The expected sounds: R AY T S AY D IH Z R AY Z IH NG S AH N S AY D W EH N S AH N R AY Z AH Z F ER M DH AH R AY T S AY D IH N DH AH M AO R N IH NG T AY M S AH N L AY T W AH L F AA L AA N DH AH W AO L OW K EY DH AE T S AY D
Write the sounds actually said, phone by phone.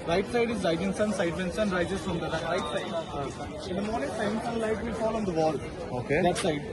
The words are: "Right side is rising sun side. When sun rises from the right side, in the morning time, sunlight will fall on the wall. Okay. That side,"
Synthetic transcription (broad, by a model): R AY T S AY D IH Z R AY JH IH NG S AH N S AY D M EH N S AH N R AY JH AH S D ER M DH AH R AY T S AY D IH N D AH M AO R N IH NG S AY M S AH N L AY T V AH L F AA L AA N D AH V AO L OW K EY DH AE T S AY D